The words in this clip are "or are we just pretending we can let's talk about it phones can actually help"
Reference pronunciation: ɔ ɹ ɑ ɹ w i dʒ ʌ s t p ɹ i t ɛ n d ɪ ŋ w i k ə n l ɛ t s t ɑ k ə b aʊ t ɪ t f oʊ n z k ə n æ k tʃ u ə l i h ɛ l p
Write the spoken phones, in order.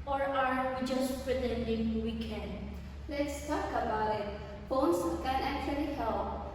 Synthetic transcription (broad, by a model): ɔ ɹ ɑ ɹ w i dʒ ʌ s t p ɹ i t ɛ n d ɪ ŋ w i k ə n l ɛ t s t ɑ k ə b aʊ ɪ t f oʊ n s k ə n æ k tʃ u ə l i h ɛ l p